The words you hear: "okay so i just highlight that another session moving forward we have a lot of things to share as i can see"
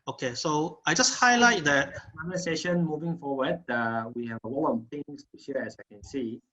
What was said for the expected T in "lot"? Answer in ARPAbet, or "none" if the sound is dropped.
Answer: none